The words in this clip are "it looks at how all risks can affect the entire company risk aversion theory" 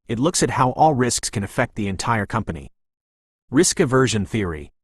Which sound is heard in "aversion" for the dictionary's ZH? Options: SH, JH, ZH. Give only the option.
ZH